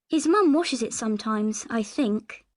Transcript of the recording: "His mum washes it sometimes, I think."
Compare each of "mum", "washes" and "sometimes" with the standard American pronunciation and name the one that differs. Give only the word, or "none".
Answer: none